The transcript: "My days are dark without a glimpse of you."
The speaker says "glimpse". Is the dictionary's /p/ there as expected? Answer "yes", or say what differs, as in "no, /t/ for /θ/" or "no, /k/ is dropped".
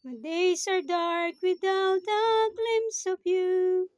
no, /p/ is dropped